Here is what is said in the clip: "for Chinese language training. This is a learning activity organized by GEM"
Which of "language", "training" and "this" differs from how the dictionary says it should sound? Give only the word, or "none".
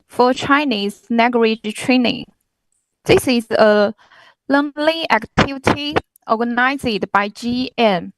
language